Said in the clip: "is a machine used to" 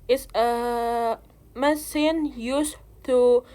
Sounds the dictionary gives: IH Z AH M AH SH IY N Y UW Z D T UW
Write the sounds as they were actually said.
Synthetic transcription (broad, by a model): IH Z AH M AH S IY N Y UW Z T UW